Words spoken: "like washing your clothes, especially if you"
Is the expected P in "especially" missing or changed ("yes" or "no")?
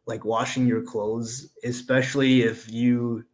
no